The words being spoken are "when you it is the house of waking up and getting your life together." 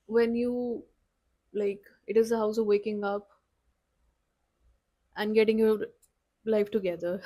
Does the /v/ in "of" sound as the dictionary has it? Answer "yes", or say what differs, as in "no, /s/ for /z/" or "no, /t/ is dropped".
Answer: yes